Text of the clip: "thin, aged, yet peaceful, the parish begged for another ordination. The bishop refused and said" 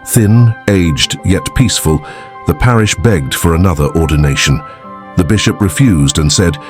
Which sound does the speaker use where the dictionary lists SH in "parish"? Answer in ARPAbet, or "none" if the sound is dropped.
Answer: SH